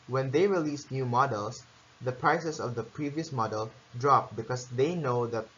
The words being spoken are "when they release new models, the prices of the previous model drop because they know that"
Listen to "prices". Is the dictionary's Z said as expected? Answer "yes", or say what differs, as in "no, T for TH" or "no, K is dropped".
no, S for Z